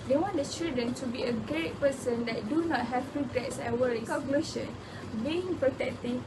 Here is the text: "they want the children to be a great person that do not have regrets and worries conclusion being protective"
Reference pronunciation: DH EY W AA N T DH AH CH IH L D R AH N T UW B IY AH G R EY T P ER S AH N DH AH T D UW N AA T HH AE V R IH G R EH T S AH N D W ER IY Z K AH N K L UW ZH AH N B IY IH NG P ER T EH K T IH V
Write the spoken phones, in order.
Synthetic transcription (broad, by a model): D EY W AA N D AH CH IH L D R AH N T UW B IY AH G R EY T P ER S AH N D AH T D UW N AA T HH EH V R IH G R EH T S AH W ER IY K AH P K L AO SH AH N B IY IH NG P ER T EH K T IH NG